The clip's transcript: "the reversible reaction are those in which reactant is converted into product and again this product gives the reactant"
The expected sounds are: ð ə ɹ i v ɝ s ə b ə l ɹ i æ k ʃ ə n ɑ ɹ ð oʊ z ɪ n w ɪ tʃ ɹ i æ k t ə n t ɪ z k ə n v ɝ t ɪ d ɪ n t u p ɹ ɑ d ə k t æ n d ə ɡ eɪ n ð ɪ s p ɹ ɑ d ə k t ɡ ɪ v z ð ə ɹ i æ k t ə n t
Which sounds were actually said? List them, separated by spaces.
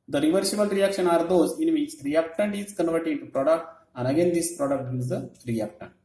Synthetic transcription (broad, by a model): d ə ɹ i v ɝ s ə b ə l ɹ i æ k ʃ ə n ɑ ɹ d oʊ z ɪ n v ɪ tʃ ɹ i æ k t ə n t ɪ z k ə n v ɝ t ɪ d ɪ n t u p ɹ ɑ d ə k t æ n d ə ɡ eɪ n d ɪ s p ɹ ɑ d ə k t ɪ z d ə ɹ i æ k t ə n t